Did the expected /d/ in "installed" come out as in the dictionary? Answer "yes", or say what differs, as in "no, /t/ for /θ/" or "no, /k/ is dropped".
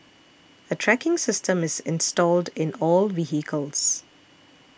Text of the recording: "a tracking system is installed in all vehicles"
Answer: yes